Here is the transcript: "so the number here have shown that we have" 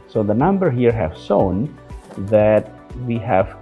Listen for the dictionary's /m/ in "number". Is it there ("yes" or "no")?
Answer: yes